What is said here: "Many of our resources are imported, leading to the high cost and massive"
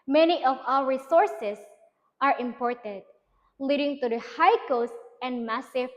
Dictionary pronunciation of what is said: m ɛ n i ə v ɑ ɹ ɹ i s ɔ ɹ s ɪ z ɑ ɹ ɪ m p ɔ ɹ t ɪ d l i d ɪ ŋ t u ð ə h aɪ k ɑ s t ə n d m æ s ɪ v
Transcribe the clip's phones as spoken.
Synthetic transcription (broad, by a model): m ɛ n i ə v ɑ l ɹ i s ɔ ɹ s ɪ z ɑ ɹ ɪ m p ɔ ɹ t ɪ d l i d ɪ ŋ t u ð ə h aɪ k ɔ s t ə n d m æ s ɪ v